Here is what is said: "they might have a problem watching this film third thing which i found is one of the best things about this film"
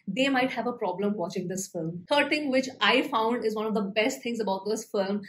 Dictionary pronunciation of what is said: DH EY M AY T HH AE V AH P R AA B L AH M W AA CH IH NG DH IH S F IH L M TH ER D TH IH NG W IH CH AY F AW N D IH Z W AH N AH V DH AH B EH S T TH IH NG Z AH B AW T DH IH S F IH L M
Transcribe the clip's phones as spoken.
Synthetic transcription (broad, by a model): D EY M AY T HH AE V AH P R AA B L AH M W AA CH IH NG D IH S F IH L M T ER D T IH NG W IH CH AY F AW N D IH Z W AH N AH V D AH B EH S T T IH NG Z AH B AW T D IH S F IH L M